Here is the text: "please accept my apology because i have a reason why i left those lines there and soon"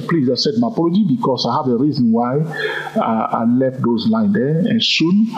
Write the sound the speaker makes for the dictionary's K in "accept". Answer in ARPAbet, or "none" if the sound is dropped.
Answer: none